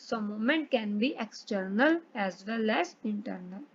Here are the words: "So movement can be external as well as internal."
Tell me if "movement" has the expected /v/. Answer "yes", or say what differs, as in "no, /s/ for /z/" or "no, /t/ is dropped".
no, /v/ is dropped